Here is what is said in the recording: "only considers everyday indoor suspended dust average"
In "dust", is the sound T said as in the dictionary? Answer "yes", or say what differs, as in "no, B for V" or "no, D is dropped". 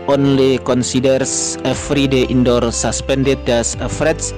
no, T is dropped